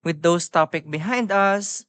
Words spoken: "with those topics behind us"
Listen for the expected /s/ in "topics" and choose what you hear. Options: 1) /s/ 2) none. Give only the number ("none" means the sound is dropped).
2